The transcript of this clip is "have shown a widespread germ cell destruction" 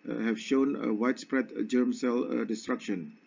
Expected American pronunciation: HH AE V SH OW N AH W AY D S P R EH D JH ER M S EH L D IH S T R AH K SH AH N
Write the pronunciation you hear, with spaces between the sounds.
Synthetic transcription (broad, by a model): HH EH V SH OW N AH W AY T S P R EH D JH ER M S EH L D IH S T R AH K SH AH N